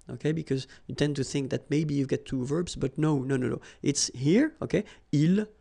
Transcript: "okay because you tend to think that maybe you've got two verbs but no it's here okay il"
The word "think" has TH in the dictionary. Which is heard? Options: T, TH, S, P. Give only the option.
TH